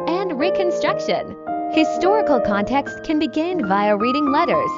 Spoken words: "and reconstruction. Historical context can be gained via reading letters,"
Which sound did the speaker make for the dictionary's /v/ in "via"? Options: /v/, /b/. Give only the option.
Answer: /v/